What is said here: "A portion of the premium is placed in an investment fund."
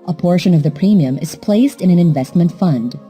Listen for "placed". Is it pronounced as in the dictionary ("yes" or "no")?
yes